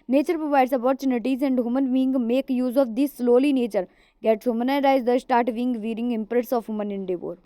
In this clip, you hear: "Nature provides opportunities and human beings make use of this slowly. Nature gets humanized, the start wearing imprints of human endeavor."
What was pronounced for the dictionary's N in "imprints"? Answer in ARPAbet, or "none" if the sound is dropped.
none